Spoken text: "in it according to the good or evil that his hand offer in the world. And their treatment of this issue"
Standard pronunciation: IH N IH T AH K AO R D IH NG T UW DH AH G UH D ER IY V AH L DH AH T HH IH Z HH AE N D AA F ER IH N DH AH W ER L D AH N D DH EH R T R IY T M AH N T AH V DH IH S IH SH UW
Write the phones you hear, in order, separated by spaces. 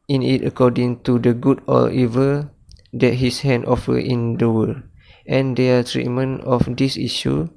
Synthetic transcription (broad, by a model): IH N IH T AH K AO D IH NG T UW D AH G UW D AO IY V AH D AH T HH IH S HH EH N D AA F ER IH N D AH W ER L AH N D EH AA T R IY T M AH N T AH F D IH S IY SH UW